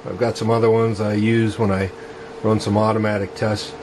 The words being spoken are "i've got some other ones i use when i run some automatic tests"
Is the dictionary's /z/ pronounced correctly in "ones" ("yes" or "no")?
yes